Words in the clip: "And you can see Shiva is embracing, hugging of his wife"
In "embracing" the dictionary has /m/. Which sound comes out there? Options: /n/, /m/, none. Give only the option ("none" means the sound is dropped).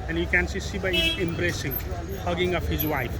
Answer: /m/